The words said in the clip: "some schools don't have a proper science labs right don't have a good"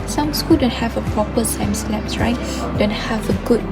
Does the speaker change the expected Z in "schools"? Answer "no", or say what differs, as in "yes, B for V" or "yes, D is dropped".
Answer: yes, Z is dropped